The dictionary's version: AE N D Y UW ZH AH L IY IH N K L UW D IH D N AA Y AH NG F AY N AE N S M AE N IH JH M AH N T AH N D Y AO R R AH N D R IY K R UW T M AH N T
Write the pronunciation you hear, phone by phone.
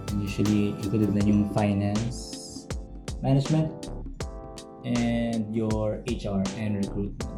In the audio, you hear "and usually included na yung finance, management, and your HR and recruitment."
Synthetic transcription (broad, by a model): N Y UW SH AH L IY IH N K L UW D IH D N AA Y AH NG F AY N AE N S M AE N IH JH M AH N T AH N D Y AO R R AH N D R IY K R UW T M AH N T